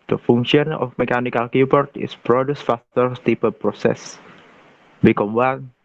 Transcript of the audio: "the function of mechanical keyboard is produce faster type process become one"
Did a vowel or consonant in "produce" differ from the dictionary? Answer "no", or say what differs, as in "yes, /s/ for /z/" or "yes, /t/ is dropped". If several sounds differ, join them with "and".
no